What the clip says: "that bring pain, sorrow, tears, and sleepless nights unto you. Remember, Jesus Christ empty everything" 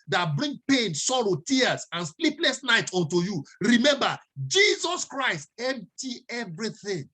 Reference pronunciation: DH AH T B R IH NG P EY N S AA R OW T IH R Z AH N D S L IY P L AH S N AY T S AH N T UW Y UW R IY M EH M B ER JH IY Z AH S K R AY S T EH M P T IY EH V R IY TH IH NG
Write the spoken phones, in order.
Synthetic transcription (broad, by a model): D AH T B R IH NG P EY N S AA R OW T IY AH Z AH N S L IY P L AH S N AY T AO N T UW Y UW R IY M EH M B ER JH IY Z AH S K R AY S T EH M P T IY EH V R IY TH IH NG